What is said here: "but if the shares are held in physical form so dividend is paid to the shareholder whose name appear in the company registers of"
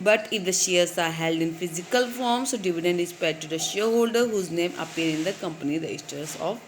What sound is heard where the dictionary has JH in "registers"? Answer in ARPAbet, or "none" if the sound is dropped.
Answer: none